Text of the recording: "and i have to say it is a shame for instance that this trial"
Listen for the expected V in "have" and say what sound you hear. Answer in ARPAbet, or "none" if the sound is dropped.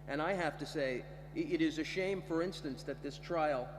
F